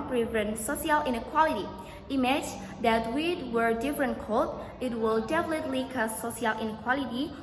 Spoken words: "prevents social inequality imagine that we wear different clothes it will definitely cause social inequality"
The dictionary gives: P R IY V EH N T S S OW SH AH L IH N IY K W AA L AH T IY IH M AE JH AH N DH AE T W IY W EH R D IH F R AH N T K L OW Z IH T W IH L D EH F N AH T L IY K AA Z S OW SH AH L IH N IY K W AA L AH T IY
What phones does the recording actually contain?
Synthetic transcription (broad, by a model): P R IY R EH N S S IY AH L IH N IY K W AA L AH T IY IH M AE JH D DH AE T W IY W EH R D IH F R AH N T K OW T IH T W IH L D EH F L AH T L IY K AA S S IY AH L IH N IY K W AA L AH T IY